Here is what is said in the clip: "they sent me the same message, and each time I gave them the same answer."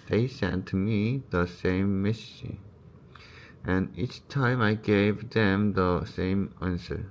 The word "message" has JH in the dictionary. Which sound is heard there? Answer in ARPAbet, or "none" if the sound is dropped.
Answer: none